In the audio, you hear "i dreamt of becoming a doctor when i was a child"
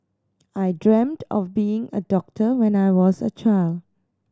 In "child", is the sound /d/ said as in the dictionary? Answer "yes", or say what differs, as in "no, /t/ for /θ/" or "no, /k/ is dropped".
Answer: yes